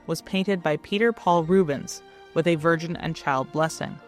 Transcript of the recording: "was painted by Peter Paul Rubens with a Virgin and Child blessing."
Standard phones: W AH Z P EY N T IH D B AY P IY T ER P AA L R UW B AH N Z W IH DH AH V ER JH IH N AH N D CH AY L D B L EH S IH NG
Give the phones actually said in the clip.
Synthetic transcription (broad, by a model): W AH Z P EY N T IH D B AY P IY T ER P AA L R UW B AH N Z W IH DH AH V ER JH IH N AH N CH AY L D B L EH S IH NG